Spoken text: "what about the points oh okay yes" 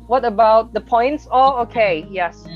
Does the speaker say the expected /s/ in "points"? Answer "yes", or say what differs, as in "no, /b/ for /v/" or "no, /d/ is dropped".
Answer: yes